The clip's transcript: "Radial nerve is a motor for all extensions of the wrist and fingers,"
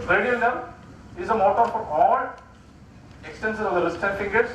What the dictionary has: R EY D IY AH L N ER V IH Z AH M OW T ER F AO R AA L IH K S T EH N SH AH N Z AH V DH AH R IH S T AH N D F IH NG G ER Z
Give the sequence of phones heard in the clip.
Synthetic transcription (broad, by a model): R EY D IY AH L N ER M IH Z AH M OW T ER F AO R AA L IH K S T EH N S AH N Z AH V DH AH L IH S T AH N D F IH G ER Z